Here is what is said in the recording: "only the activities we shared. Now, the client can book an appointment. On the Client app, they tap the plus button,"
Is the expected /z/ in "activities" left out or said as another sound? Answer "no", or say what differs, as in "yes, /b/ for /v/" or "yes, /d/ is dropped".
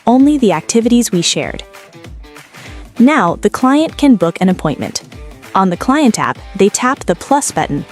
no